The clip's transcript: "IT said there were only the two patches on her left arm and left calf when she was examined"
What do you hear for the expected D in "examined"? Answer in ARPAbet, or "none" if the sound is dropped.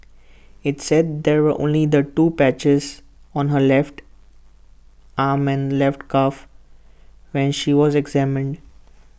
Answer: D